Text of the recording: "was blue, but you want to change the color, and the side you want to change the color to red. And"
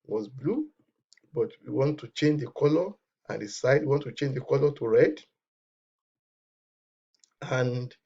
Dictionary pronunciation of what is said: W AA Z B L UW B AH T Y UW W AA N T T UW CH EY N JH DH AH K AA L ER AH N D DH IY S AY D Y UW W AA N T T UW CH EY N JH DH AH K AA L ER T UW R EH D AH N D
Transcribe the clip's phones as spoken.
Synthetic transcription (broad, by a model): W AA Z B L UW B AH T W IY W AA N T T UW CH EY N JH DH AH K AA L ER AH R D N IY S AY D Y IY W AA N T T UW CH EY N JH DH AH K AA L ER T UW R EH D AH N D